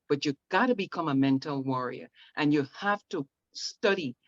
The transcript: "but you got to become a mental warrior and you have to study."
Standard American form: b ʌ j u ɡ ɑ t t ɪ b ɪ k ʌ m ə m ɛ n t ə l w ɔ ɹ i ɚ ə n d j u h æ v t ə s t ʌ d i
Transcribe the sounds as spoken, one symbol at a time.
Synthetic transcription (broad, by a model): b ʌ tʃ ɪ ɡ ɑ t t ɪ b ɪ k ʌ m ə m ɛ n t l w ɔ ɹ i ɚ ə n j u h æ f t ə s t ʌ d i